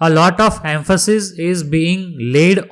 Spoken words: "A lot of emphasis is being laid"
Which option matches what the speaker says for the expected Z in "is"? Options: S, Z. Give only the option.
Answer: Z